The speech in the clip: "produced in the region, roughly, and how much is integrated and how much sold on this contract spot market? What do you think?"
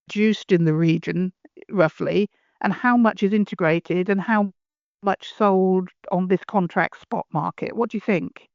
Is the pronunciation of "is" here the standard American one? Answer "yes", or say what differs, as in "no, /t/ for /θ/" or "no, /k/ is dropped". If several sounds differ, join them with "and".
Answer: yes